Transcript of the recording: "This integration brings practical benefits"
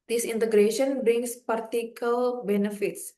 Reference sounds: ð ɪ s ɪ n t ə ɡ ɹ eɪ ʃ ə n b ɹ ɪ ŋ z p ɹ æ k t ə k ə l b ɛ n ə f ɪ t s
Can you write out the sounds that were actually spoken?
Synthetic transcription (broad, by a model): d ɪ s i n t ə ɡ ɹ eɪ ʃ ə n b ɹ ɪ ŋ s p ɑ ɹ t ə k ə l b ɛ n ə f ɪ t s